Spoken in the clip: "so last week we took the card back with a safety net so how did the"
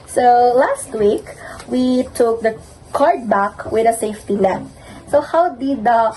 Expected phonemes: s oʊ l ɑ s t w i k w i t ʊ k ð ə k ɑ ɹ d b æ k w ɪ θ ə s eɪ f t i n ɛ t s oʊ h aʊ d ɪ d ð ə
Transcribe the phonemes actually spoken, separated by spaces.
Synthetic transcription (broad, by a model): s oʊ l ɑ s t w i k w i t ʊ k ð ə k ɑ ɹ d b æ k w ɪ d ə s eɪ f t i l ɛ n s oʊ h aʊ d ɪ d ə